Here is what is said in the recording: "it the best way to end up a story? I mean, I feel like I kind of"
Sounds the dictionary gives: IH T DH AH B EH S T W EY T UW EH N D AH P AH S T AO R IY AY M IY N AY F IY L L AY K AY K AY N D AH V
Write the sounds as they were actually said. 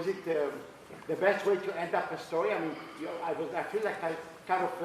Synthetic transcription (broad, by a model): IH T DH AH B EH S T W EY T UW EH N D AH P AH S T AO R IY AY M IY N AY F IY L L AY K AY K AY D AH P